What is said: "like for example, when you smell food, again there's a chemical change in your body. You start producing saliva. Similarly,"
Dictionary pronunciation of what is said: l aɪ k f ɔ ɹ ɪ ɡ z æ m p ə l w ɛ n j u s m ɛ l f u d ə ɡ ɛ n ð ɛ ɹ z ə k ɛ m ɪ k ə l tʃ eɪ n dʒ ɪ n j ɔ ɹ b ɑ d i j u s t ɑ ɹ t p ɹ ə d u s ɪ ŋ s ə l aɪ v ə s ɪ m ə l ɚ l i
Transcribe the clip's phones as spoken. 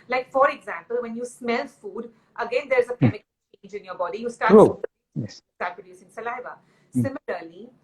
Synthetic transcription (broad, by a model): l aɪ k f ɔ ɹ ɪ ɡ z æ m p ə l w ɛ n j u s m ɛ l f u d ə ɡ ɛ n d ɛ ɹ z ə k ɛ m ɪ k ə l tʃ eɪ n dʒ ɪ n j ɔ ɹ b ɑ d i j u s t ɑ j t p ɹ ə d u s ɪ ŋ s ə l aɪ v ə s ɪ m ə l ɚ l i